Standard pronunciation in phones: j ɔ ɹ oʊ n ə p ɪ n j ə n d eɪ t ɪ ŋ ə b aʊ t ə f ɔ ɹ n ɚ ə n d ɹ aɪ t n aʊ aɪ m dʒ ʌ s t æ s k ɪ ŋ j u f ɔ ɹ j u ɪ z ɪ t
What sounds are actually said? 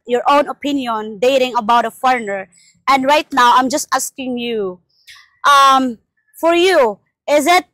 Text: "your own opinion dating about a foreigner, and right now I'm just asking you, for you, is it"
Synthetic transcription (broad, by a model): j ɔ ɹ oʊ n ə p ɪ n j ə n d eɪ t ɪ ŋ ə b aʊ t ə f ɔ ɹ n ɚ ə n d ɹ aɪ t n aʊ aɪ m dʒ ʌ s t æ s k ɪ ŋ j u f ɔ ɹ j u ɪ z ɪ t